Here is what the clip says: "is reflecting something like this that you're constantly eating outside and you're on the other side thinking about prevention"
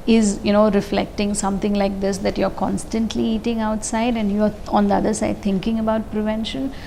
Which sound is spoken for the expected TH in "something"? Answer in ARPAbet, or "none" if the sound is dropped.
T